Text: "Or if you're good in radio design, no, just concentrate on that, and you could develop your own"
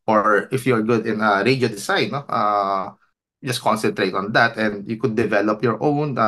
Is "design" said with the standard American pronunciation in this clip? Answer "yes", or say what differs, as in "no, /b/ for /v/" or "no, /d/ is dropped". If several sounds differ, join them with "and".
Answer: no, /s/ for /z/